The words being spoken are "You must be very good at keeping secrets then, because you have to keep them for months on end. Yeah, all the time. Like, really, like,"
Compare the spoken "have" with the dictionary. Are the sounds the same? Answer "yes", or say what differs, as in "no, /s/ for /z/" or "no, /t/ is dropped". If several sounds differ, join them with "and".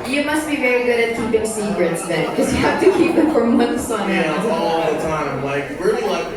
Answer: no, /f/ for /v/